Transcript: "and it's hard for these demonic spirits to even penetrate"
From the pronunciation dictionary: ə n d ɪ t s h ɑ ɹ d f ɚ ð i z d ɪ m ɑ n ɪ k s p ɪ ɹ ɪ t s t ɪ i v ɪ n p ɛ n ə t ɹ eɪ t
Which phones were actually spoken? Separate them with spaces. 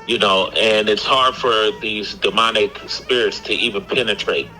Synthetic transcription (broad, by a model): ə n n ɪ t s h ɑ ɹ d f ɚ ð i z d ɪ m ɑ n ɪ k s p ɪ ɹ ɪ t s t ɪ i v ɪ n p ɛ n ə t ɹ eɪ t